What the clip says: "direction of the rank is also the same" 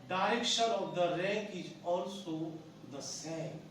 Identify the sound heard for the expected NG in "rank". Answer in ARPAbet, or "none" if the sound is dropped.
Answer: none